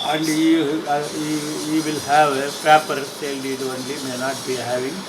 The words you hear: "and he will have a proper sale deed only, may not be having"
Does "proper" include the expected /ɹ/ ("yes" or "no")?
no